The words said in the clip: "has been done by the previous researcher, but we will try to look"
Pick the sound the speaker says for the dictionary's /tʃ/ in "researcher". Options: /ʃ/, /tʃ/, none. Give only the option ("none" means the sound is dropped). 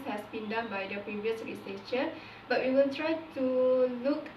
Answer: /ʃ/